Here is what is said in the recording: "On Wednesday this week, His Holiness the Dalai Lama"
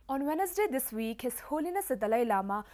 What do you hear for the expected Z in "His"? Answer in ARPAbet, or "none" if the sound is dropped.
S